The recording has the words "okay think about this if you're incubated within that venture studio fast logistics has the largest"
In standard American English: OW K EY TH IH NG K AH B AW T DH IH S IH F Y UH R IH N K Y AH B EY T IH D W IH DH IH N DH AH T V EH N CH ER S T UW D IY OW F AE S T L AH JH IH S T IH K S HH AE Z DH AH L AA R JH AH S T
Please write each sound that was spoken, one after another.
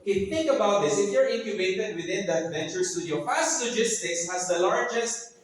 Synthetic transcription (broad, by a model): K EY TH IH NG K AH B AW T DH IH S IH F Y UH R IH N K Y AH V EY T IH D W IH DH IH N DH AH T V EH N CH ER S T UW D IY OW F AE S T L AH JH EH S T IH K S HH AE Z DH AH L AA R JH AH S T